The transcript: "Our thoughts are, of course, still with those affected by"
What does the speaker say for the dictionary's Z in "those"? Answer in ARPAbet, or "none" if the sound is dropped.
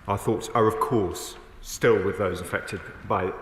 Z